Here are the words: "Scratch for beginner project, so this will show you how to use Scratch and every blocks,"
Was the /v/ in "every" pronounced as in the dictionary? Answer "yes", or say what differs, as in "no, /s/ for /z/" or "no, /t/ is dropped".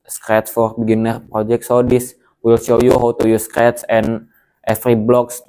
no, /f/ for /v/